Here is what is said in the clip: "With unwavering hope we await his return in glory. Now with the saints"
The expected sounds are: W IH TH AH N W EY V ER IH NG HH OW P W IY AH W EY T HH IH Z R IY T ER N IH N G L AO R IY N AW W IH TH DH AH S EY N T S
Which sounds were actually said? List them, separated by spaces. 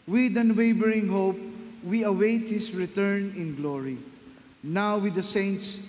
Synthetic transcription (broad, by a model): W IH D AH N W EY B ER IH NG HH OW P W IY AH W EY T HH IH S R IY T ER N IH N G L AO R IY N AW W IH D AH S EY N T S